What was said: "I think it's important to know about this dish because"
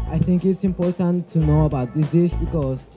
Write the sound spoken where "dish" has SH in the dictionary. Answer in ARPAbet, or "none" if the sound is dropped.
S